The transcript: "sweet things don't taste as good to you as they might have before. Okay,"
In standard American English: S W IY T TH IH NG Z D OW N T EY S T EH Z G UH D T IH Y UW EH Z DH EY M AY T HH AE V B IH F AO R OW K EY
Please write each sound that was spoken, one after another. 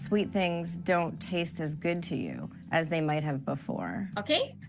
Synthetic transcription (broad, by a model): S W IY T TH IH NG Z D OW N T EY S T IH Z G UH D T IH Y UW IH Z DH EY M AY T HH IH V B IH F AO R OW K EY